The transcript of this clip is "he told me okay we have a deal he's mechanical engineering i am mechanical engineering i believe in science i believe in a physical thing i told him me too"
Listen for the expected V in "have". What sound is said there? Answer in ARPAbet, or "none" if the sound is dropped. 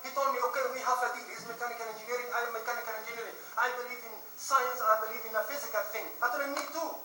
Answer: F